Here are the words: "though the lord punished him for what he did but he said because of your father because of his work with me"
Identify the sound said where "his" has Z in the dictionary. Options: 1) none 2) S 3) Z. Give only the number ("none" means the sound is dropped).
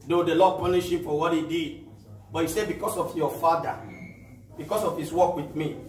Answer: 2